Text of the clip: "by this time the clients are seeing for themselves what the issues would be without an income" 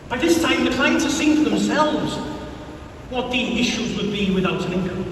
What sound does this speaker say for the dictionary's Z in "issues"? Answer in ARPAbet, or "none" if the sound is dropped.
Z